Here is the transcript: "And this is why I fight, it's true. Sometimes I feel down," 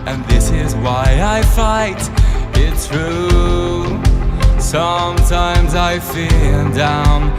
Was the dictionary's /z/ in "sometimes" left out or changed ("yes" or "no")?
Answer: no